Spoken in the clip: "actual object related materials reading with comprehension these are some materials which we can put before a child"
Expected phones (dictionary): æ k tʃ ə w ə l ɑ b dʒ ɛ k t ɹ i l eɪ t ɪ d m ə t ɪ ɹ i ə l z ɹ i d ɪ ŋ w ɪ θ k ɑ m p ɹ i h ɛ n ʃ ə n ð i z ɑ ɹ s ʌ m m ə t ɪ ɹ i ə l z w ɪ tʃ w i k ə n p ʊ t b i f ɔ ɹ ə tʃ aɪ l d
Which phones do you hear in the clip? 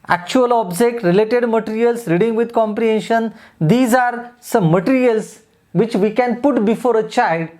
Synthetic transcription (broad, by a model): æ k tʃ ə ə l ɑ b dʒ ɛ k t ɹ i l eɪ t ɪ d m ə t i ɹ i ə l s ɹ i d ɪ ŋ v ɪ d k ɑ m p ɹ i h ɛ n ʃ ə n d i z ɑ ɹ s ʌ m m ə t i ɹ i ə l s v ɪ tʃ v i k ə n p ʊ t b i f ɔ ɹ ə tʃ aɪ l d